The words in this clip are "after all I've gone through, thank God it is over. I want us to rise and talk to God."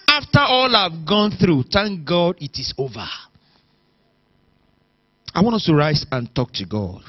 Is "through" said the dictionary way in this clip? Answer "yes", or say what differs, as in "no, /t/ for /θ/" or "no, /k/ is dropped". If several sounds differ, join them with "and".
yes